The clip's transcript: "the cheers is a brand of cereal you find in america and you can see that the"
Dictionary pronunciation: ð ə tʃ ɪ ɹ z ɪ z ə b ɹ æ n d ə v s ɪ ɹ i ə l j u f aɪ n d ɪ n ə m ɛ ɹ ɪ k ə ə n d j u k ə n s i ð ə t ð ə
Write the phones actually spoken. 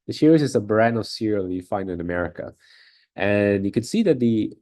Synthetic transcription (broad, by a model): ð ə ʃ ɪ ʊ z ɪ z ə b ɹ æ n ə v s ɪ ɹ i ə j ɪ f aɪ n d ɪ n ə m ɛ ɹ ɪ k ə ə n j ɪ k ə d s i ð ə t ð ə